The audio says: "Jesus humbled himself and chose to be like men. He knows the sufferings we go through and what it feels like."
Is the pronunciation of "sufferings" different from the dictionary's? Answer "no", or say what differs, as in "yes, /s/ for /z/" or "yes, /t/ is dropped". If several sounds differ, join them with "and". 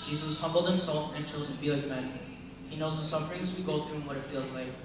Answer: no